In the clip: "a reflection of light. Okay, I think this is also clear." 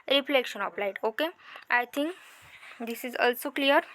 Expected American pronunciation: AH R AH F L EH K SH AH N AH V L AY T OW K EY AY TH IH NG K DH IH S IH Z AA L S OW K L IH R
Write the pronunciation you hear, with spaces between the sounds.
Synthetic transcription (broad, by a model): R AH F L EH K SH AH N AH P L AY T OW K EY AY T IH NG K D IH S IH Z AA L S OW K L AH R